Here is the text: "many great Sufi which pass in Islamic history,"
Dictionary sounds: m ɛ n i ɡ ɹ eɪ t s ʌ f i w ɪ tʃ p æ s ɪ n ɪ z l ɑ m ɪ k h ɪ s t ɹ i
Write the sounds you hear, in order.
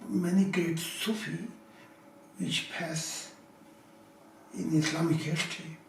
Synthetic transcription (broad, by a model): m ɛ n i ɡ eɪ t s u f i w ɪ tʃ p æ s ɪ n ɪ s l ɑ m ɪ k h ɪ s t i